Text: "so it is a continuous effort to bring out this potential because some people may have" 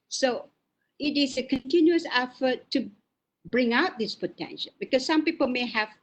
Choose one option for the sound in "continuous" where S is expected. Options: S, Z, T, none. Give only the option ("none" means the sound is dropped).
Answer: S